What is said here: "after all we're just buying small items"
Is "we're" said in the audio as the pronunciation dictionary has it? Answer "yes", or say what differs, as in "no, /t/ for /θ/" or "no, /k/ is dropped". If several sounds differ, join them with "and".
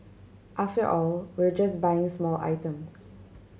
yes